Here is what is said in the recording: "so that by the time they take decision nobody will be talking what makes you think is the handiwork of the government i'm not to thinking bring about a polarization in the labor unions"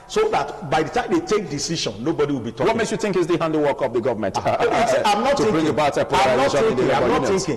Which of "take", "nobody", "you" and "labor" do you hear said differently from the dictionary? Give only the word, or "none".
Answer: labor